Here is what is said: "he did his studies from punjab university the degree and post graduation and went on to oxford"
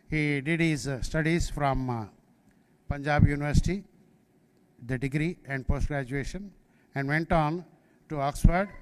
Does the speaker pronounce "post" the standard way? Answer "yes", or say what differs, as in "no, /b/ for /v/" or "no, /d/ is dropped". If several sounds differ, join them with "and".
yes